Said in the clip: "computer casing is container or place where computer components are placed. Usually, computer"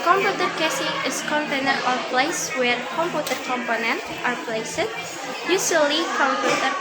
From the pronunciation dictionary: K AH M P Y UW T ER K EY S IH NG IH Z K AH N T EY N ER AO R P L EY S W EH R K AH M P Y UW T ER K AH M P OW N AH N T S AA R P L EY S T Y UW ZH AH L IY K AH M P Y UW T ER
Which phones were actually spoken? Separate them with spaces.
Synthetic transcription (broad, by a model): K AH M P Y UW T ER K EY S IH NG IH S K AH N T EY N ER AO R P L EY S W EH R K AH M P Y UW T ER K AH M P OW N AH N T AA R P L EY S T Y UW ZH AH L IY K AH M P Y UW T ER